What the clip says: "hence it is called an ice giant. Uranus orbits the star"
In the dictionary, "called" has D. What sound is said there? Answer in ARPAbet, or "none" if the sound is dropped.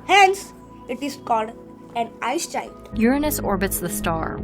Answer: D